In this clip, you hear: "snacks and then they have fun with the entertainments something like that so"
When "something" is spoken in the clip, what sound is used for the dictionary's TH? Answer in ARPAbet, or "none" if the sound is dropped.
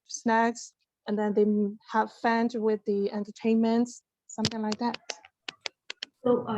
TH